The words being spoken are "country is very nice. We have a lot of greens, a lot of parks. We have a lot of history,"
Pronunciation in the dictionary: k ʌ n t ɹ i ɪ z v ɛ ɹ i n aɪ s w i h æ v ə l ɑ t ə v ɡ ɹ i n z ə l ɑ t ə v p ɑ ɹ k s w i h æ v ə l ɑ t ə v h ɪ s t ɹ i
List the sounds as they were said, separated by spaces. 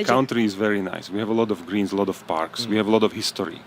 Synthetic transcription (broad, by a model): k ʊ n t ɹ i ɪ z v ɛ ɹ i n aɪ s w i h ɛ v ə l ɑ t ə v ɡ ɹ i n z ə l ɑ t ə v p ɑ ɹ k s w i h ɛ v ə l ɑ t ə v h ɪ s t ɹ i